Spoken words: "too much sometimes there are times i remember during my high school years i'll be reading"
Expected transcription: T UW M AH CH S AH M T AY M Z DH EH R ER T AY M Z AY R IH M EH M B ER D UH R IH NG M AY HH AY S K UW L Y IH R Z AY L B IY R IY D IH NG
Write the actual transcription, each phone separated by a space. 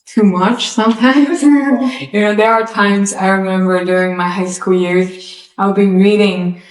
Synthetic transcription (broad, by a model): T UW M AH CH S AH M T AY M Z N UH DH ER T AY M Z AY R IH M EH M B ER D UH R IH NG M AY HH AY S K UW L Y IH R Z AY L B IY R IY D IH NG